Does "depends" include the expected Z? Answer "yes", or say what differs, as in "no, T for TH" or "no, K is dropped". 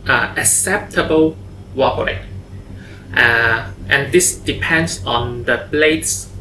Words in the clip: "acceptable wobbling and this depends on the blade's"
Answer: no, S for Z